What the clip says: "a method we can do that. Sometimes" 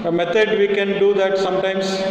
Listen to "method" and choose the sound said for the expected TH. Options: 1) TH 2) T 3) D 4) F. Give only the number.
2